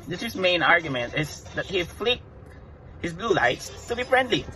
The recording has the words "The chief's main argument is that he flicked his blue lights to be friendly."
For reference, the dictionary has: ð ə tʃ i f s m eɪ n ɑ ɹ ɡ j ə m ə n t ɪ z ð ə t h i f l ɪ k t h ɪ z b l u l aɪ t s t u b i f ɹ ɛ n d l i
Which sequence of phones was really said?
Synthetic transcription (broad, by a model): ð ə s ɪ s m eɪ n ɑ ɹ ɡ j ə m ə n t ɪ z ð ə t h i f l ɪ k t h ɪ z b l u l aɪ t s t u b i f ɹ ɛ n d l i